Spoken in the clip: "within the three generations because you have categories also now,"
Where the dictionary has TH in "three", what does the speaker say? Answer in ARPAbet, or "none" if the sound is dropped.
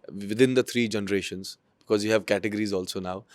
T